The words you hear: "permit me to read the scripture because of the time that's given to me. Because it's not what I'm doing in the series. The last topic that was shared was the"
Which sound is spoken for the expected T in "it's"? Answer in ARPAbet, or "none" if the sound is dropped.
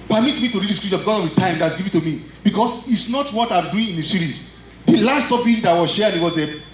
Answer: T